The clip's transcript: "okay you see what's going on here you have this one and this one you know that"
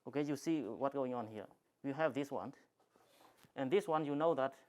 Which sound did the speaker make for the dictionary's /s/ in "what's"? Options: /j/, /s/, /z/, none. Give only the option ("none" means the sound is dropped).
none